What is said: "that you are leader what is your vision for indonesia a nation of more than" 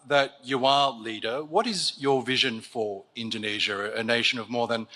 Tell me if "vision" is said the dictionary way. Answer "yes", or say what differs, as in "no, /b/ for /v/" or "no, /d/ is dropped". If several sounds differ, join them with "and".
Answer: yes